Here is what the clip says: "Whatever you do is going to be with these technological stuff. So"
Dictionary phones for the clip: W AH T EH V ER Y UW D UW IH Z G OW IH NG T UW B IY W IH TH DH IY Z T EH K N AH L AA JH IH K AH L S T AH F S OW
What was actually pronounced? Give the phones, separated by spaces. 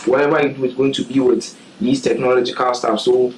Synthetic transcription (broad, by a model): W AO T EH V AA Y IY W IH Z G OW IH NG T UW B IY W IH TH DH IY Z T EH K N AH L AA JH IH K AH L S T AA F S OW